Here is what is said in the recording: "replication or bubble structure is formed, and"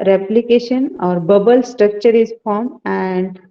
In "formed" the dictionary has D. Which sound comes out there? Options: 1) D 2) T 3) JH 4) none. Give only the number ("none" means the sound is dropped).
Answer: 4